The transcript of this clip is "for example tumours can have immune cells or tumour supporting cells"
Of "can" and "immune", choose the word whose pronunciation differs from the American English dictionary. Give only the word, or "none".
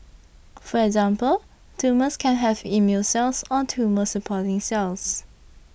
immune